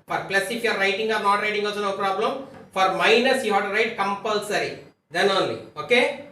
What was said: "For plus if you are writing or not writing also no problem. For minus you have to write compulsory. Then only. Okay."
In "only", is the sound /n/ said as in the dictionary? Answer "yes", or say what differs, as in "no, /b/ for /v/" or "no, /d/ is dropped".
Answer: yes